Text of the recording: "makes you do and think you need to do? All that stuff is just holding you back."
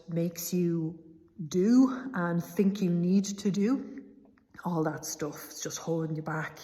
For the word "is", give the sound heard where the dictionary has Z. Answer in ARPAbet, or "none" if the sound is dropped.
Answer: S